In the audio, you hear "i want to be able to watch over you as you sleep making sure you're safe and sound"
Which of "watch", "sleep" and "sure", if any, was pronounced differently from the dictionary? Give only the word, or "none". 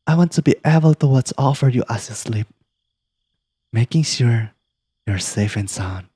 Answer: watch